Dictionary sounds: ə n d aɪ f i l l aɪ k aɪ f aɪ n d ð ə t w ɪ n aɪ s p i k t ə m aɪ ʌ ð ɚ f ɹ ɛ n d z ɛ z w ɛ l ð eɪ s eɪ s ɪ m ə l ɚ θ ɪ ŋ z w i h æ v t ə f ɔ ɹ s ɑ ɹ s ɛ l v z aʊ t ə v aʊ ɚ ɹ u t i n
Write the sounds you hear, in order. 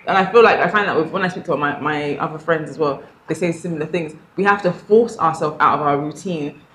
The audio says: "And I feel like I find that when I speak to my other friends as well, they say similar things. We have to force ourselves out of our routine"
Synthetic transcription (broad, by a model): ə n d aɪ f i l l aɪ k aɪ f aɪ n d ð ə t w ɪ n aɪ s p i k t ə m aɪ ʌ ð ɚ f ɹ ɛ n d z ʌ z w ɛ l ð eɪ s eɪ s ɪ m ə l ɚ θ ɪ ŋ z w i h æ f t ə f ɔ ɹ s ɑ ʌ s ɛ l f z aʊ t ə v aʊ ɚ ɹ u t i n